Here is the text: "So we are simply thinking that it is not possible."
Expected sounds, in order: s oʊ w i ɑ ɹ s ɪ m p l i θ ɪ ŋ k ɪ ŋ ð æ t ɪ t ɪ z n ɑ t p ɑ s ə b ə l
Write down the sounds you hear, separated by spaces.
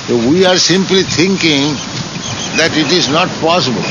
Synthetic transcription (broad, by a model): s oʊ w i ɑ ɹ s ɪ m p l i t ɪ ŋ k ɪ ŋ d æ t ɪ t ɪ z n ɑ t p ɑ s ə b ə l